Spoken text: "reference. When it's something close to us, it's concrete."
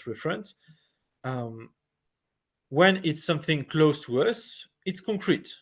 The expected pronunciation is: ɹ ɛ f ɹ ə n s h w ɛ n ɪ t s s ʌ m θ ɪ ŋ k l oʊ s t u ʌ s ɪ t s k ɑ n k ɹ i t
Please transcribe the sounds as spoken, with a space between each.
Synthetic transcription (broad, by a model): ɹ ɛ f ɹ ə n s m w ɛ n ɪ t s s ʌ m θ ɪ ŋ k l oʊ s t u ʌ s ɪ t s k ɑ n k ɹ i t